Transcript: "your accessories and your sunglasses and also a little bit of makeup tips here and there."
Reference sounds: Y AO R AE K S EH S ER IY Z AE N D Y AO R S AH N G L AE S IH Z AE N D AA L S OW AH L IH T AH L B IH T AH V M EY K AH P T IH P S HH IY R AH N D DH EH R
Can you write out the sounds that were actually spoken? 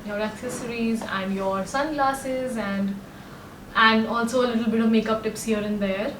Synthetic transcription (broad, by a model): Y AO R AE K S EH S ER IY Z AE N D Y AO R S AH N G L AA S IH Z AE N D AA L S OW AH L IH T AH L B IH T AH V M EY K AH P T IH P S HH IY R AH N D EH R